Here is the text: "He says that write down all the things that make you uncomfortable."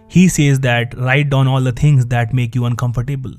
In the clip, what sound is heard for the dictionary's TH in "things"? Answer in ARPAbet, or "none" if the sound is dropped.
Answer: T